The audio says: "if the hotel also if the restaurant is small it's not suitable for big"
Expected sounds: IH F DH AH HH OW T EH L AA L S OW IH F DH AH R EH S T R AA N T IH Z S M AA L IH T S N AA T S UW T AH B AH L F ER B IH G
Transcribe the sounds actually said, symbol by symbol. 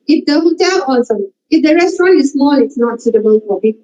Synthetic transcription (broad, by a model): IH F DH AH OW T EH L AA S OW IH F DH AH R EH S T R AA N T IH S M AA N IH T S N AA T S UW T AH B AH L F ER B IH